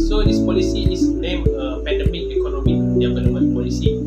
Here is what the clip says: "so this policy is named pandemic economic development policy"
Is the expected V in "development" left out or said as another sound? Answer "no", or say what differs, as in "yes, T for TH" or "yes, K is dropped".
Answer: yes, P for V